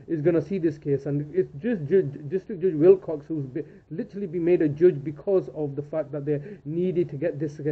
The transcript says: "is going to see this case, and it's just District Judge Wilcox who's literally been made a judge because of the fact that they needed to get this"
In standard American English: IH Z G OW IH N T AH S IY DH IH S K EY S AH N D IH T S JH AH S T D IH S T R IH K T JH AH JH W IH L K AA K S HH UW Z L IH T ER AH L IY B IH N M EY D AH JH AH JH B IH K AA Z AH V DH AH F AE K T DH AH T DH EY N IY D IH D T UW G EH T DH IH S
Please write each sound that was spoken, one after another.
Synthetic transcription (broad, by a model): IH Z G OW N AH S IY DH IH S K EY S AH N IH T S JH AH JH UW D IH S T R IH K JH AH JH W IH L K AA K S HH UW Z L IH T ER AH L IY B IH M EY D AH JH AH JH B IH K AA Z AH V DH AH F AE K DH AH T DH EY N IY D IH D T UW G EH T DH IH S